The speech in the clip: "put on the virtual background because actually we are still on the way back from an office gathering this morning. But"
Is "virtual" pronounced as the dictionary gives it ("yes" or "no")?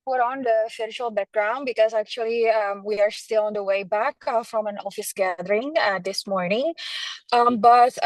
no